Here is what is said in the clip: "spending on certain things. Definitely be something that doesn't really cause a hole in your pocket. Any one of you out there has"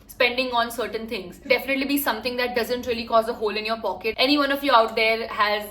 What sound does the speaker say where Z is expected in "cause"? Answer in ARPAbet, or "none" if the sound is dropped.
Z